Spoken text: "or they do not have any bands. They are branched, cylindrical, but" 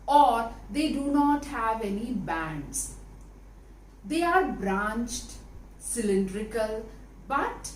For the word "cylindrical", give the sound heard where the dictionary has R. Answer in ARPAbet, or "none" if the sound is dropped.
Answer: R